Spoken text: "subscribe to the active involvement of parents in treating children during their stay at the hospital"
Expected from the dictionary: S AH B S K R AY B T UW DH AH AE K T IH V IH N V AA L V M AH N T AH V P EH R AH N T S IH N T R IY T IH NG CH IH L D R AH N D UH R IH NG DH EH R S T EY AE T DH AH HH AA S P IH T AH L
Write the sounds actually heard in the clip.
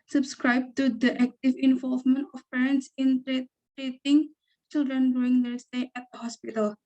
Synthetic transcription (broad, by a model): S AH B S K R AY B T UW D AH AE K T IH V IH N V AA L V M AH N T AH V P EH R AH N T S IH N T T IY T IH NG CH IH L D R AH N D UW IH NG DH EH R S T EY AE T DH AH HH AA S P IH T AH L